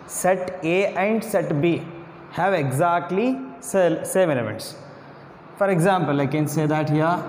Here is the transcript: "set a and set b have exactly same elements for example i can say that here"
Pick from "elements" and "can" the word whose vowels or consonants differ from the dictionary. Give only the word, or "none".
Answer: elements